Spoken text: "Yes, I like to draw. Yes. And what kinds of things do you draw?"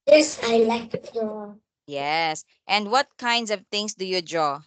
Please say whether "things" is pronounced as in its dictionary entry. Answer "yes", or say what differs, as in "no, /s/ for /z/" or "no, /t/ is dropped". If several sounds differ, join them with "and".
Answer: no, /t/ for /θ/ and /s/ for /z/